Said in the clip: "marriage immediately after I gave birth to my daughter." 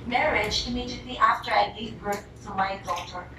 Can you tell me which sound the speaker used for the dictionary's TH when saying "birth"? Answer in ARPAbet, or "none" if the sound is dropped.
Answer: S